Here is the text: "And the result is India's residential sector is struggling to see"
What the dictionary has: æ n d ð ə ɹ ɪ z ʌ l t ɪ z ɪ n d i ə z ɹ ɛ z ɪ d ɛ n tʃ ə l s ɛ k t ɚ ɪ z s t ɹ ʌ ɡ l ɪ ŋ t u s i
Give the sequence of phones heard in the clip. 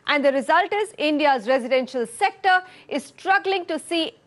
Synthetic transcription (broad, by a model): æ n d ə ɹ ɪ z ʌ l t ɪ z ɪ n d i ə z ɹ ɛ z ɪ d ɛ n ʃ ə l s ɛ k t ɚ ɪ z s t ɹ ʌ ɡ l ɪ ŋ t u s i